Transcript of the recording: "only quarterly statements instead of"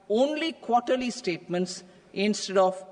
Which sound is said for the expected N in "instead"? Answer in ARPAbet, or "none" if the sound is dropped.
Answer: N